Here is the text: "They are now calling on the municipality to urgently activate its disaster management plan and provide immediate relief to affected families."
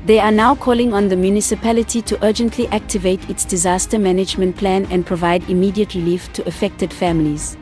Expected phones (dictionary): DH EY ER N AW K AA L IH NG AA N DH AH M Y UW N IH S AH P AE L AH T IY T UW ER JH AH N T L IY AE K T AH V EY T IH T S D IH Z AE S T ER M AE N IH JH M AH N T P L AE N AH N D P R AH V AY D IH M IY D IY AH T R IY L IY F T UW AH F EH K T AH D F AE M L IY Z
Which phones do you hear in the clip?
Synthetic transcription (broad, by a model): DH EY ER N AW K AA L IH NG AA N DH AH M Y UW N IH S AH P AE L AH T IY T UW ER JH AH N T L IY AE K T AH V EY T IH T S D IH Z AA S T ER M AE N IH JH M AH N T P L AE N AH N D P R AH V AY D IH M IY D IY AH T R IY L IY F T UW AH F EH K T AH D F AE M L IY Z